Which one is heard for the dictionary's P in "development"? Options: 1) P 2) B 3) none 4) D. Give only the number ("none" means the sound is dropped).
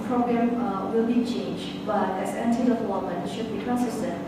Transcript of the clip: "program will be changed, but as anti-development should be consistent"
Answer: 3